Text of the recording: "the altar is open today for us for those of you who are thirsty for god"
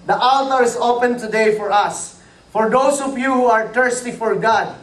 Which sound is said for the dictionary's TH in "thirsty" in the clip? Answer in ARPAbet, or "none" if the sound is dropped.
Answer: T